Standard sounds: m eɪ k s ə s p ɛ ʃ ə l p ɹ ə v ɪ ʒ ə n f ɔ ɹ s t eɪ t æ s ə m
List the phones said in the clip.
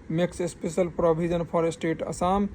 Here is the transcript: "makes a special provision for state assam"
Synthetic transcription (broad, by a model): m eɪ k s ə s p ɛ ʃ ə l p ɹ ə b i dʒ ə n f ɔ ɹ s t eɪ t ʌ s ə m